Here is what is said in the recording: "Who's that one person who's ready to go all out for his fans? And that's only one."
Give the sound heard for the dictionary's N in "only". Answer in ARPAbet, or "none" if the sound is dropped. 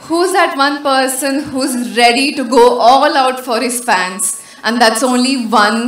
N